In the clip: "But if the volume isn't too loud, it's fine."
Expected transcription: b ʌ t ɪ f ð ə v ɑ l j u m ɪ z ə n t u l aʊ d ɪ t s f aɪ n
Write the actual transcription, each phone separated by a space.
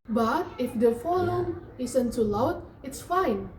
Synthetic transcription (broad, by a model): b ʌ t ɪ f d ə f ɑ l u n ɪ s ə n t u l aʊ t ɪ t s f aɪ n